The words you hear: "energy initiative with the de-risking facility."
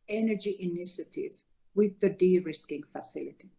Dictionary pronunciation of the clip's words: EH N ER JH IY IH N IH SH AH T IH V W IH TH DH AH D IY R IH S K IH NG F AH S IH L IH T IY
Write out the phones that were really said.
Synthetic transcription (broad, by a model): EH N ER JH IY IH N IH SH AH T IH V W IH DH AH D IY R IH S K IH NG F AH S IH L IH T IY